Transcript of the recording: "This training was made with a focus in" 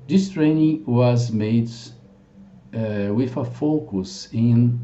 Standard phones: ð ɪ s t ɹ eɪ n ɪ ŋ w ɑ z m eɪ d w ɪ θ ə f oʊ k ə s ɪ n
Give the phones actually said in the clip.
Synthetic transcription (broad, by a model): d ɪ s t ɹ eɪ n ɪ ŋ w ɑ z m eɪ d w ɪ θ ə f oʊ k ə s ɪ n